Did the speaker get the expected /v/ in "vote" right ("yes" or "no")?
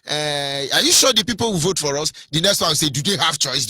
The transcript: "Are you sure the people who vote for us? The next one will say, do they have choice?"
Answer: yes